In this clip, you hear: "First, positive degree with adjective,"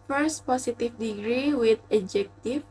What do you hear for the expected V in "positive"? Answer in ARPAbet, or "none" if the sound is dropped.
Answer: F